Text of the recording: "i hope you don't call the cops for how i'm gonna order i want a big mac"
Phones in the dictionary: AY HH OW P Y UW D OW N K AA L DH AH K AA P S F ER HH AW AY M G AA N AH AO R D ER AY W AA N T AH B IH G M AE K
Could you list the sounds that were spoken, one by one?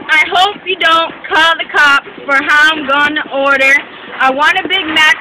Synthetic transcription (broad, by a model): AY HH OW P Y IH D OW N K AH L DH AH K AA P F ER HH AW AY M G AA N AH AO R D ER AY W AA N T AH B IH G M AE